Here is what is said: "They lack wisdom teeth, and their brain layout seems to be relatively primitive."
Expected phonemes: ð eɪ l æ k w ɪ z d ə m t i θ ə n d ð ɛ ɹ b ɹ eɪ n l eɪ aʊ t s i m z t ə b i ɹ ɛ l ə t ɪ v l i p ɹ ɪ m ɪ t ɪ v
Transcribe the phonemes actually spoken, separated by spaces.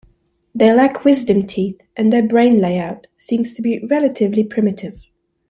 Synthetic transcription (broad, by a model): ð eɪ l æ k w ɪ z d ə m t i θ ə n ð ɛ ɹ b ɹ eɪ n l eɪ aʊ t s i m z t ə b i ɹ ɛ l ə t ɪ v l i p ɹ ɪ m ɪ t ɪ v